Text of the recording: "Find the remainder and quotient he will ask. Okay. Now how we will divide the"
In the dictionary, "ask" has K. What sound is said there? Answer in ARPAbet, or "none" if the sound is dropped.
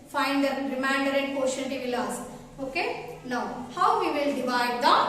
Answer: none